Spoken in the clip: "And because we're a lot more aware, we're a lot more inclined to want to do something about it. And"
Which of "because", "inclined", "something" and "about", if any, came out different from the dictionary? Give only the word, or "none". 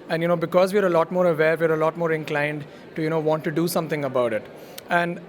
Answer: something